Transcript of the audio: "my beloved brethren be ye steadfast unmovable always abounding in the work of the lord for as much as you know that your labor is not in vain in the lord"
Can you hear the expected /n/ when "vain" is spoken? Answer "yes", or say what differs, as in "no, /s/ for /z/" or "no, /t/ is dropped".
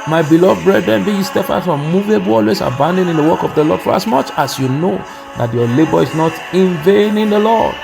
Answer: yes